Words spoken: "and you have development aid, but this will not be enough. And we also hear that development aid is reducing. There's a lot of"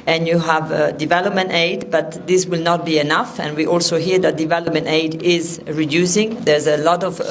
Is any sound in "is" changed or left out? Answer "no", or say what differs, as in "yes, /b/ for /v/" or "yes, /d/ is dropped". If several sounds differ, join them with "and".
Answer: no